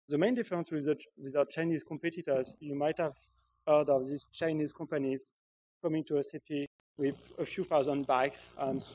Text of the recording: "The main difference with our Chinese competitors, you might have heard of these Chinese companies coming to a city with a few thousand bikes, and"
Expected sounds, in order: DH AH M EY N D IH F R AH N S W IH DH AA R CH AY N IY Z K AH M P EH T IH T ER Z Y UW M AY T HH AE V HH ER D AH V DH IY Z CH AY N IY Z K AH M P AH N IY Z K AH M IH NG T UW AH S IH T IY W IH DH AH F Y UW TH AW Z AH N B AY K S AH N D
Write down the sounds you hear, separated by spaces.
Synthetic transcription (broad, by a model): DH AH M EY N D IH F R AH N S W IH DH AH W CH AY N IY Z K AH M P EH T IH T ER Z Y UW M AY T HH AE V HH ER D AH V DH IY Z CH AY N IY Z K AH M P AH N IY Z K AH M IH NG T UW AH S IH T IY W IH DH AH F Y UW TH AW Z AH N B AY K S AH N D